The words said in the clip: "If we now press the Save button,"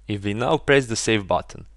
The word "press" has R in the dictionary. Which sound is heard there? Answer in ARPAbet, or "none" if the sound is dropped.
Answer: R